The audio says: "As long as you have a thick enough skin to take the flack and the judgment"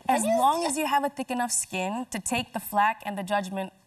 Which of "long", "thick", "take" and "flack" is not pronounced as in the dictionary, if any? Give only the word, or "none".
none